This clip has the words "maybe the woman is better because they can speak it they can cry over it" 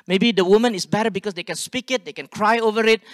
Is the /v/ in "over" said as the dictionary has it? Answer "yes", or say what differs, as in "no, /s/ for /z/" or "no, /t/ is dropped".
yes